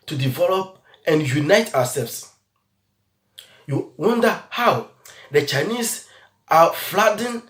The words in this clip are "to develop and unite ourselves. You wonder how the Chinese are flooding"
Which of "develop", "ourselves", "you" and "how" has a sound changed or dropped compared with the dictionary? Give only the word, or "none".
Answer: ourselves